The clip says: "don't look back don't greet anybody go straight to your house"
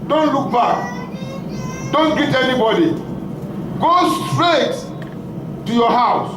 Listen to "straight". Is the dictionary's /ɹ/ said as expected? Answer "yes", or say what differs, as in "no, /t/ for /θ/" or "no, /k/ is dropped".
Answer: yes